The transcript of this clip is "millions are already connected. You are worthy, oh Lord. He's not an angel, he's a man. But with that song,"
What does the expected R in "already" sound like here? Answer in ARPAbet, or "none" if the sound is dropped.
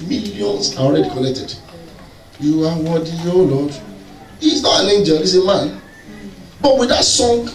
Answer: R